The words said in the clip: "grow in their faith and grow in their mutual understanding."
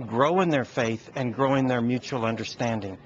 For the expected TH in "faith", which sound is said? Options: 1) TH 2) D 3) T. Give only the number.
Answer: 1